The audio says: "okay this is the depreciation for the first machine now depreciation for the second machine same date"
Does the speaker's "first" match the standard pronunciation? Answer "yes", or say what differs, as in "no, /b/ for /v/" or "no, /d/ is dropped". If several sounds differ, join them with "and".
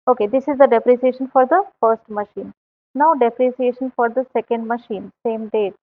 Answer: yes